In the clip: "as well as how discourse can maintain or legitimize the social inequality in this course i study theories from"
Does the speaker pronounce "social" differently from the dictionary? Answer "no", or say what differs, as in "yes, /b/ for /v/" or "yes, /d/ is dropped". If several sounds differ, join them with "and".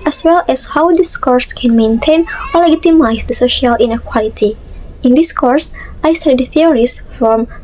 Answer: no